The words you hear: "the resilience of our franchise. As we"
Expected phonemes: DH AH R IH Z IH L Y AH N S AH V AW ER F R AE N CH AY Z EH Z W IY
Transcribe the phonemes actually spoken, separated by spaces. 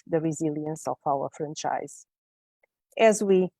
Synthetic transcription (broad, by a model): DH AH R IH Z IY L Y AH N S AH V AW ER F R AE N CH AY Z EH Z W IY